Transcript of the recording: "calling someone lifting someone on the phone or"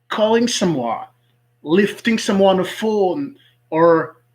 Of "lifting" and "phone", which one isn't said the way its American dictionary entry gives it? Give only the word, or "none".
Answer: none